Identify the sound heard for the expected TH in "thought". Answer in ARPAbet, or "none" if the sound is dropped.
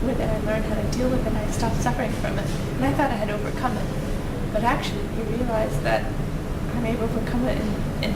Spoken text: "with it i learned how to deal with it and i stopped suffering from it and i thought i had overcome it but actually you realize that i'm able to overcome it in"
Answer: TH